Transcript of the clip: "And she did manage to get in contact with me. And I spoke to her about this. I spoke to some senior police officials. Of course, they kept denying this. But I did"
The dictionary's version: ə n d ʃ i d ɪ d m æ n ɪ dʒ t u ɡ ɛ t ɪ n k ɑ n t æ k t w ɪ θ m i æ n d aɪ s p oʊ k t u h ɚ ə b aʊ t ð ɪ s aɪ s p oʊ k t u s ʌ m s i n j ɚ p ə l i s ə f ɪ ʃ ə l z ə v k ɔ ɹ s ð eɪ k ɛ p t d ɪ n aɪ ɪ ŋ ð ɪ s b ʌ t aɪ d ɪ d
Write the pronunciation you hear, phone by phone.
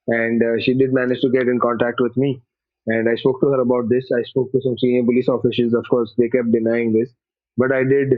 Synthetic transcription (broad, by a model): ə n d ʃ i d ɪ d m æ n ɪ dʒ t u ɡ ɛ t ɪ n k ɑ n t æ k t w ɪ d m i æ n d aɪ s p oʊ k t u h ɚ ə b aʊ t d ɪ s aɪ s p oʊ k t u s ʌ m s i n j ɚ p ə l i s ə f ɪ s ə z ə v k ɔ ɹ s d eɪ k ɛ p t d ɪ n aɪ ɪ ŋ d ɪ s b ʌ t aɪ d ɪ d